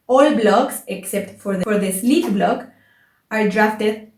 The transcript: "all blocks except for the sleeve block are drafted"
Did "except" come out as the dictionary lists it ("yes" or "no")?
yes